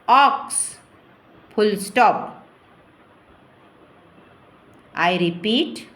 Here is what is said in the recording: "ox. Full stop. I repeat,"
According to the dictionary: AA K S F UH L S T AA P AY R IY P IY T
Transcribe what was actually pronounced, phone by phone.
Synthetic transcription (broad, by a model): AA K S P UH L S T AA P AY R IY P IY T